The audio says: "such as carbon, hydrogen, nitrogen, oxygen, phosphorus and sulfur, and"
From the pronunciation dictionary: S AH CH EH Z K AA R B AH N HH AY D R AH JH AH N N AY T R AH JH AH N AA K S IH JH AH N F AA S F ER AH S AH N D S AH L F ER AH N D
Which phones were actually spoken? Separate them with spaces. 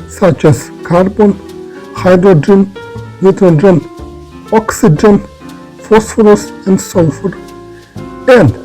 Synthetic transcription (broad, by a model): S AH CH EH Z K AA R B AH N HH AY D R AH JH AH N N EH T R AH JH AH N AA K S IH JH AH N F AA S F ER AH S AH N D S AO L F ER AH N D